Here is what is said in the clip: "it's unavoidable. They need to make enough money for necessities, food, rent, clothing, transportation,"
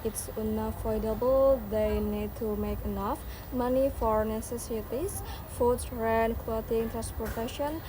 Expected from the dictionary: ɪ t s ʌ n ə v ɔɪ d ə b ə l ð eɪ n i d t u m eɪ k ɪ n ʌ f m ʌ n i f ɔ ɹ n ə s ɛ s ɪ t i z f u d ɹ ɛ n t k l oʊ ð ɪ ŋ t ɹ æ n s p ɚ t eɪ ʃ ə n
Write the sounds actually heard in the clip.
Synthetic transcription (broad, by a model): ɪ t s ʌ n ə f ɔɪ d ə b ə l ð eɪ n i d t u m eɪ k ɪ n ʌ f m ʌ n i f ɔ ɹ n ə s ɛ s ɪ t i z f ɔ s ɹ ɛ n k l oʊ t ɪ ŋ t ɹ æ n s p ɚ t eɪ ʃ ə n